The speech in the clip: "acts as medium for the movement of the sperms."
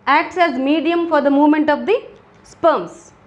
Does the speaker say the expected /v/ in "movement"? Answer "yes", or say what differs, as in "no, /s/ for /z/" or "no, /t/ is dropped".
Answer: yes